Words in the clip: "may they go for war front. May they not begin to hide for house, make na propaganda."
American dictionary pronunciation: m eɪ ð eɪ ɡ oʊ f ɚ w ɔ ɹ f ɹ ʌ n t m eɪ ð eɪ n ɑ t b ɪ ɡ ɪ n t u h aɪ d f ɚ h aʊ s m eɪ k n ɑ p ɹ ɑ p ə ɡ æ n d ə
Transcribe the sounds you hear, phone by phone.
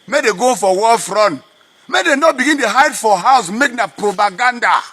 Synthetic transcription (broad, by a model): m eɪ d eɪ ɡ oʊ f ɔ w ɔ l f ɹ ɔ n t m eɪ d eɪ n ɑ t b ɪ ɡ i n t u h aɪ d f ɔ h aʊ s m eɪ k n ɑ p ɹ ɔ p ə ɡ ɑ n d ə